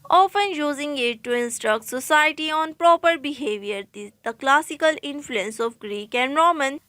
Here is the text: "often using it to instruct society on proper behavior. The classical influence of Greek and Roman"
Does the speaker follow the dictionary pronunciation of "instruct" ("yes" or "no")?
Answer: yes